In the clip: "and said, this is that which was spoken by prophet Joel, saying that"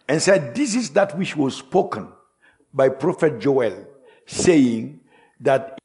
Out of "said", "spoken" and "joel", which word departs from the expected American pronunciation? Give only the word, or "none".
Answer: none